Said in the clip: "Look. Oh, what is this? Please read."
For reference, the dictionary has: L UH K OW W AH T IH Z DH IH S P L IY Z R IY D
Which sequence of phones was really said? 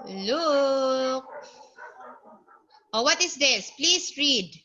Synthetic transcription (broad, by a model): L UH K OW W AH T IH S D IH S P L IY S R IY D